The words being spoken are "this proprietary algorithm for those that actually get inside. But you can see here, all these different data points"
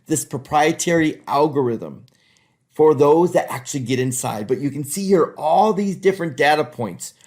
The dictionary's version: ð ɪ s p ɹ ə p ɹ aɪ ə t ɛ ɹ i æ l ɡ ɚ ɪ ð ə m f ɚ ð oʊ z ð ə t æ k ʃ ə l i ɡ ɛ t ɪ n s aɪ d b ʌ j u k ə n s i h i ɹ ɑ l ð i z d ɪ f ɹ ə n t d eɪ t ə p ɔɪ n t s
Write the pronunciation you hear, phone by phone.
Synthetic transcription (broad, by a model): ð ɪ s p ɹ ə p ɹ aɪ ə t ɛ ɹ i æ l ɡ ɚ ɪ ð ə m f ɚ ð oʊ z ð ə t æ k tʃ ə l i ɡ ɛ t ɪ n s aɪ d b ʌ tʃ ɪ k ə n s i h i ɹ ɑ l ð i z d ɪ f ɹ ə n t d eɪ t ə p ɔɪ n t s